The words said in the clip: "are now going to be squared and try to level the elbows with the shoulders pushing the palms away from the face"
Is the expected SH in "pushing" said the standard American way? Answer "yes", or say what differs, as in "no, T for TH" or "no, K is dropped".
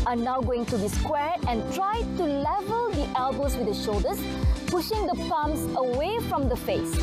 yes